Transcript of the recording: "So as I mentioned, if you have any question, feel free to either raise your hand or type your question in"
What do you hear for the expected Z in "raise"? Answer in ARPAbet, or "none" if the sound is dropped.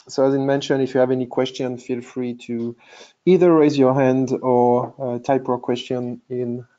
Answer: Z